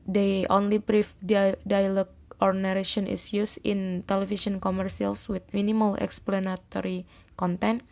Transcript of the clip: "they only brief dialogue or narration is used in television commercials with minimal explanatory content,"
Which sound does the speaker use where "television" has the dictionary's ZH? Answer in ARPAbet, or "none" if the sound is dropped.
S